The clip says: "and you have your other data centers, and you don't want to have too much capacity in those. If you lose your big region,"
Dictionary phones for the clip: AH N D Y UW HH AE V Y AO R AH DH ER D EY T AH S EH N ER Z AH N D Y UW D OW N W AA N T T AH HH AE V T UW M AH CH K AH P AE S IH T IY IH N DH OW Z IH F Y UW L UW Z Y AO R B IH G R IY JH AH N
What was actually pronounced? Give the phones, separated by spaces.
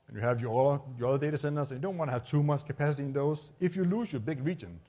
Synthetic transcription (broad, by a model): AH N Y UW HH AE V Y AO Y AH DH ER D EY T AH S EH N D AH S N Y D OW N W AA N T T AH HH AE V T UW M AH CH K AH P AE S IH T IY IH N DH OW S IH F Y UW L UW S Y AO B IH G R IY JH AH N